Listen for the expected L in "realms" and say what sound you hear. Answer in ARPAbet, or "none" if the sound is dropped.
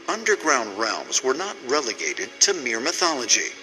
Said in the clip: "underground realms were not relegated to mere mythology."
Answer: L